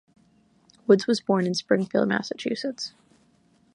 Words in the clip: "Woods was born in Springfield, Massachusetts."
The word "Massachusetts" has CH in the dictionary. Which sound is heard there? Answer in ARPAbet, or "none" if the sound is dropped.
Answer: CH